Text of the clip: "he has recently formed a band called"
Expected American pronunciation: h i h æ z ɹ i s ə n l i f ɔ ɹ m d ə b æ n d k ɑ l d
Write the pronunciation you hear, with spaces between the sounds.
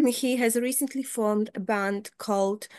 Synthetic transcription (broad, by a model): h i h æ z ɹ i s ə n l i f ɔ ɹ m d ə b æ n d k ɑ l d